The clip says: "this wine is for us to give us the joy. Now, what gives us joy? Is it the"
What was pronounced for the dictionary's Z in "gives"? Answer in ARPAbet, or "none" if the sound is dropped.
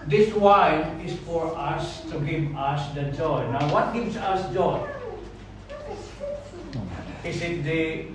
S